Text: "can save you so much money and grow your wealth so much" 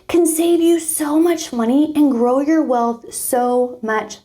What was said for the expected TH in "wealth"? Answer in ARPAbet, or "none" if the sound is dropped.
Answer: TH